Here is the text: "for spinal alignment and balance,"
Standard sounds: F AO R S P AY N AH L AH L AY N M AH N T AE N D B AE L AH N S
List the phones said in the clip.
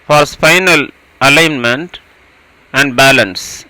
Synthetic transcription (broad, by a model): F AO R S F AY N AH L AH L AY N M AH N T AE N D B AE L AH N S